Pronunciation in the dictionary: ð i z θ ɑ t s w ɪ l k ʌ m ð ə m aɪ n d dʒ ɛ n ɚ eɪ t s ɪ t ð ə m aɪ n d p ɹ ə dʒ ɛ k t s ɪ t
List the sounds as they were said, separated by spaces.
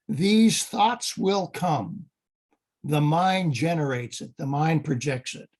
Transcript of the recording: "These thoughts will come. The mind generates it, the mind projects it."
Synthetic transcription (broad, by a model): ð i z θ ɑ t s w ɪ l k ʌ m ð ə m aɪ n dʒ ɛ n ɚ eɪ t s ɪ t ð ə m aɪ n p ɹ ə dʒ ɛ k t s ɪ t